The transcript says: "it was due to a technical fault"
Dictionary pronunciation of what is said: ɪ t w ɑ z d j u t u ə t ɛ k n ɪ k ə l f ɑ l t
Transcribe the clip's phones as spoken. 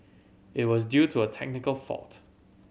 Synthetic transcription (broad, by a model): ɪ t w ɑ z d j u t u ə t ɛ k n ɪ k ə l f ɑ l t